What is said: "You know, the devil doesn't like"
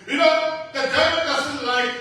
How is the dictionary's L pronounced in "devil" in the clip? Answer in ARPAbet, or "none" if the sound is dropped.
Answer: N